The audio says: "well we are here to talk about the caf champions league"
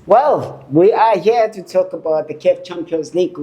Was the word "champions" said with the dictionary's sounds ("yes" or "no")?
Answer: no